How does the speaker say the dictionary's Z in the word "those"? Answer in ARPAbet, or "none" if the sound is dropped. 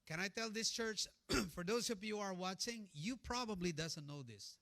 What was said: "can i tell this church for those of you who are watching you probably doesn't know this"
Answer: none